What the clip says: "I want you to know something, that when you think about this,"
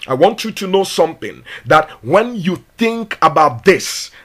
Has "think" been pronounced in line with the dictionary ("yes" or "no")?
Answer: yes